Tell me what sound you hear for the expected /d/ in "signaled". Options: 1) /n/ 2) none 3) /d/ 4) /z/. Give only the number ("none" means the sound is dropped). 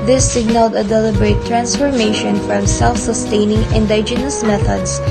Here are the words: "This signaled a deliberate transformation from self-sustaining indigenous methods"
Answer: 3